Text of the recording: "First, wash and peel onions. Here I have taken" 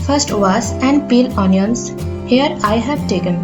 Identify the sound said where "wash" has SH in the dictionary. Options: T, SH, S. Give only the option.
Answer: S